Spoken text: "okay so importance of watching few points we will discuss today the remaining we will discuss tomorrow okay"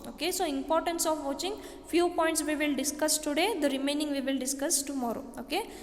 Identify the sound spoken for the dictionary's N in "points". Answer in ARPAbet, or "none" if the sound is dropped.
N